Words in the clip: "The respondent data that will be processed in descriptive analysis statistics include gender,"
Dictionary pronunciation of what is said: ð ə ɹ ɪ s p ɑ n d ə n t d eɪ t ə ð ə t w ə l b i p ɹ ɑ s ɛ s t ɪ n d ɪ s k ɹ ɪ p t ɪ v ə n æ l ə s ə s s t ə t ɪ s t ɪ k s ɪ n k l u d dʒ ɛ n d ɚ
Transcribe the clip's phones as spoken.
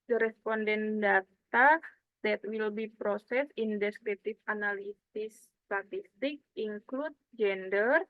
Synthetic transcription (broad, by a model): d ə ɹ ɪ s p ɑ n d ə n d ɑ t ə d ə t w ə l b i p ɹ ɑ s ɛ s ɪ n d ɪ s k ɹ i t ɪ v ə n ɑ l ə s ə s s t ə t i s t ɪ k ɪ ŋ k l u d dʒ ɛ n d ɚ